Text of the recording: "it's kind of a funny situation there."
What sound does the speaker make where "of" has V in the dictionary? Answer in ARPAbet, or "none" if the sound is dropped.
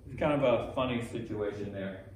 B